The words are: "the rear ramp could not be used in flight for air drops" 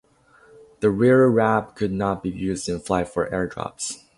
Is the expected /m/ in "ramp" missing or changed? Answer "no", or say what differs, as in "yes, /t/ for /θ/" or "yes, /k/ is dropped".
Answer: yes, /m/ is dropped